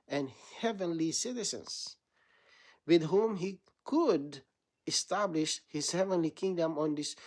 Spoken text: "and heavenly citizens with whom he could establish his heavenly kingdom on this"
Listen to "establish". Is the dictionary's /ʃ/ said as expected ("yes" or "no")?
yes